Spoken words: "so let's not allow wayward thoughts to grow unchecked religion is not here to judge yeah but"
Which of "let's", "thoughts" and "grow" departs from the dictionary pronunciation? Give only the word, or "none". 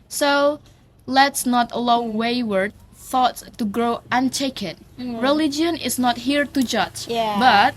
none